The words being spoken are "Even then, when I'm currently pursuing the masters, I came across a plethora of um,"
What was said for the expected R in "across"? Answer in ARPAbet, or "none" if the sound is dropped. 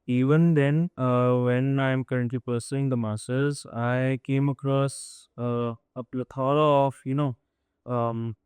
R